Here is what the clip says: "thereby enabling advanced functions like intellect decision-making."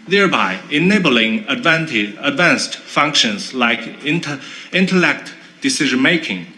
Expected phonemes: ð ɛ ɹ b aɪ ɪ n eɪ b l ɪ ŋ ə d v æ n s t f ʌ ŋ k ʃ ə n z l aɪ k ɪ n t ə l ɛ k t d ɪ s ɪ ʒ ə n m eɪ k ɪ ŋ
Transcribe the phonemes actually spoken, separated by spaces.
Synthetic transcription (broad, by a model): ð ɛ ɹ b aɪ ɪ n eɪ b l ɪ ŋ ə d v æ n s t f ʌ ŋ k ʃ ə n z l aɪ k ɪ n t ə l ɛ k t d ɪ s ɪ ʒ ə n m eɪ k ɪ ŋ